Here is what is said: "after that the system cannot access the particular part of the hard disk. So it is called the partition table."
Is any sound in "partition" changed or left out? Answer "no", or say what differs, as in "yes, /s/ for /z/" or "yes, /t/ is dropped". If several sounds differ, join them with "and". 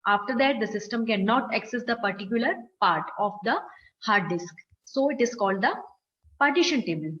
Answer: no